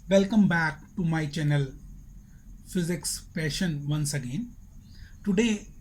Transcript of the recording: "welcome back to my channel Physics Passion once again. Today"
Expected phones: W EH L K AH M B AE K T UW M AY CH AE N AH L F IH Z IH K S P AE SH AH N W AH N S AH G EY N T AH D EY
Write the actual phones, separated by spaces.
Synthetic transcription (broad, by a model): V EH L K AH M B AE K T UW M AY CH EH N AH L F IH Z IH K S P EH SH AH N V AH N S AH G EY N T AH D EY